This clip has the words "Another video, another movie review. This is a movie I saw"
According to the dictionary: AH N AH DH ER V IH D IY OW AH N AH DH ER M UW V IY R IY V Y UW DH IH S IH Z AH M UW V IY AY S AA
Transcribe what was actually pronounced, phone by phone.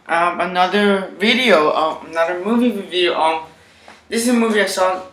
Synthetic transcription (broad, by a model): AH N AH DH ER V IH D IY OW AH N AH DH ER M UW V IY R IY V Y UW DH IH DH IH S AH M UW V IY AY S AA